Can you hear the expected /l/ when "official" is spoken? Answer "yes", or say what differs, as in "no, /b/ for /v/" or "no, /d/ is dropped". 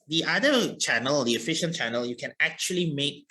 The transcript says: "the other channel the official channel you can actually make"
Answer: no, /n/ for /l/